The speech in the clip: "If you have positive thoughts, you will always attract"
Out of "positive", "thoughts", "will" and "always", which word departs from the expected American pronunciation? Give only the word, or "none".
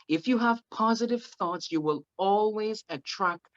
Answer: none